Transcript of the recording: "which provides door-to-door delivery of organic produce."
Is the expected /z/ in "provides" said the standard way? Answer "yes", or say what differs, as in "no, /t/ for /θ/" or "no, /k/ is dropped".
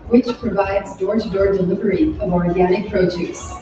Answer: yes